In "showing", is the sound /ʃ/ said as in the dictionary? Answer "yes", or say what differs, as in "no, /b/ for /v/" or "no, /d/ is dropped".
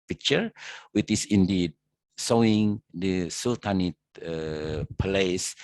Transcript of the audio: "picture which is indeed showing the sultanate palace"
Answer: no, /s/ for /ʃ/